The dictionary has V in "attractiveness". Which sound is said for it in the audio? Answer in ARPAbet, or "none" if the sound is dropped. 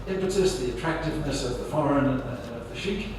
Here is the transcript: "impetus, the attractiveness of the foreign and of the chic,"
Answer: V